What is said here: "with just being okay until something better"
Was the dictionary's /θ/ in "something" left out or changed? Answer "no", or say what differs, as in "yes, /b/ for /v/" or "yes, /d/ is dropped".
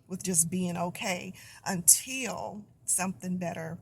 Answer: no